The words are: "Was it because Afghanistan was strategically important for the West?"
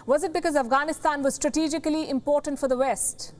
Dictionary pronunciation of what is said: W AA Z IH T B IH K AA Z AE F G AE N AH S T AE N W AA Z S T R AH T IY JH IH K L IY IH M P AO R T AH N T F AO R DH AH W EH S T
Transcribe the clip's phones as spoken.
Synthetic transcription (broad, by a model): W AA Z IH T B IH K AA Z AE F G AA N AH S T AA N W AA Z S T R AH T IY JH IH K L IY IH M P AO R T AH N T F AO R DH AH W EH S T